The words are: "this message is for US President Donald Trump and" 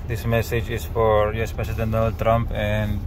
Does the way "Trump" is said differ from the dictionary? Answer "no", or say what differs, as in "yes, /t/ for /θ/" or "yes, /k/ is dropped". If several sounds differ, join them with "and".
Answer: no